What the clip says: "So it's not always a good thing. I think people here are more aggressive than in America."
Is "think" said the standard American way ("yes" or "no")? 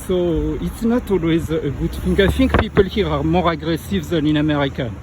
no